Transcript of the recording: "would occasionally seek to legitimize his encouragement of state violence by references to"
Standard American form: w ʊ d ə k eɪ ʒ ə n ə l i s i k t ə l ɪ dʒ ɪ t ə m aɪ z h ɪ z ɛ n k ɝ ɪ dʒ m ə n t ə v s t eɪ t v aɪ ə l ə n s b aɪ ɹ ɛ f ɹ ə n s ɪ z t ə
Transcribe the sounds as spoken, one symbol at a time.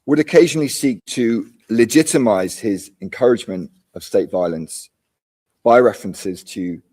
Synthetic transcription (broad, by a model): w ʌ d ə k eɪ ʒ ə n ə l i s i k t ə l ɪ dʒ ɪ t ə m aɪ z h ɪ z ɛ n k ɝ ɪ dʒ m ə n t ə v s t eɪ t v aɪ ə l ə n s b aɪ ɹ ɛ f ɹ ə n s ɪ z t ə